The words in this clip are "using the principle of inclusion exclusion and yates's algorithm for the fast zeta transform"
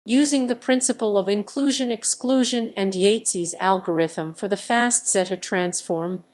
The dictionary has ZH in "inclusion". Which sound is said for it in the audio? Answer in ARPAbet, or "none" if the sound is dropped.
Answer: ZH